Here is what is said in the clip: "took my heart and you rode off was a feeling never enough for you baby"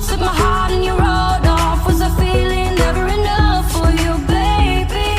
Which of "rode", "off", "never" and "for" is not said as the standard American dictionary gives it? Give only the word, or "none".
never